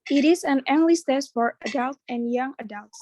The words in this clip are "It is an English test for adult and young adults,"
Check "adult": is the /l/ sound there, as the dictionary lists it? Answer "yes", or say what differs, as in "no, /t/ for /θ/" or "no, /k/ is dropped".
yes